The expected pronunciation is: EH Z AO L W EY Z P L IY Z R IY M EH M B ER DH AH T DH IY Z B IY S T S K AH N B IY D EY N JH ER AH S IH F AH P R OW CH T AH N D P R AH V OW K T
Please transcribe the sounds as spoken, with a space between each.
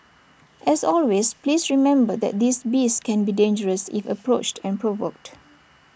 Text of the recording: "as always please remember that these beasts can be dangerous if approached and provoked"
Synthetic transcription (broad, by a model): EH S AO L W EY S P L IY S R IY M EH M B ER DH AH T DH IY S B IY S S K AH N B IY D EY N JH ER AH S IH F AH P R OW CH T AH N P R AH V OW K T